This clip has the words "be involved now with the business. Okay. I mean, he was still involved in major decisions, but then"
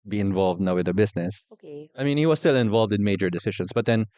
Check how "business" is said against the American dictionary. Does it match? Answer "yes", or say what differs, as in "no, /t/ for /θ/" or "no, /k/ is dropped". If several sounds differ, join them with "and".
no, /s/ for /z/